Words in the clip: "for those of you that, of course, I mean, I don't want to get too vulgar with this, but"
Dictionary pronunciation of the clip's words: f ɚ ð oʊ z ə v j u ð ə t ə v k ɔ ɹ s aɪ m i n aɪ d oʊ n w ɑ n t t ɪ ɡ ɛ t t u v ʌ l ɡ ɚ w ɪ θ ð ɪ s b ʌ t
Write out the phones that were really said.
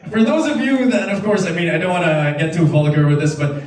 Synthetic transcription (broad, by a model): f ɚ ð oʊ z ə v j u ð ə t ə v k ɔ ɹ s aɪ m i n aɪ d oʊ n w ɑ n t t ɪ ɡ ɛ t t u f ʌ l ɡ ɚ w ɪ ð ɪ s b ʌ t